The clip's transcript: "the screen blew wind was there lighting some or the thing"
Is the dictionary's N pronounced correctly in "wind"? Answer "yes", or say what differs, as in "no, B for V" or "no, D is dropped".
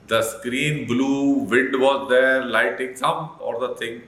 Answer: no, N is dropped